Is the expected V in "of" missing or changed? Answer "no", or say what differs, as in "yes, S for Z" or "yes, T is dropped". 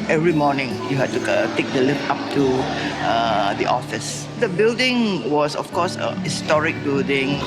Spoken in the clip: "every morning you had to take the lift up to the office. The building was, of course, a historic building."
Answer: yes, F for V